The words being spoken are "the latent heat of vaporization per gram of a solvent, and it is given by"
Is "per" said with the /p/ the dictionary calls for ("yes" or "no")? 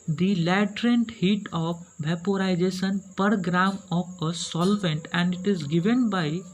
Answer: yes